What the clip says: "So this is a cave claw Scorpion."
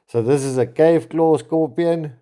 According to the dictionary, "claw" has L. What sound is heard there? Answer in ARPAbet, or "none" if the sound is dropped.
L